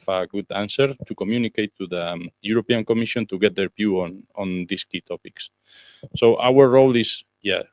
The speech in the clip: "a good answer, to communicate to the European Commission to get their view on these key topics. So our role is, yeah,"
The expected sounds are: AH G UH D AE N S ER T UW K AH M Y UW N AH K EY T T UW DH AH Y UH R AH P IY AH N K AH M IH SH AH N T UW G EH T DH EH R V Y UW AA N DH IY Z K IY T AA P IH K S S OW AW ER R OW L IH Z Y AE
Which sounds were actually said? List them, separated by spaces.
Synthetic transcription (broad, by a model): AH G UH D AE N S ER T UW K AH M Y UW N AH K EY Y T UW DH AH Y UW R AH P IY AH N K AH M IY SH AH N T UW G EH T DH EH R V Y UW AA N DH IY S K IY T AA P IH K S S OW AW ER R OW L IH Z Y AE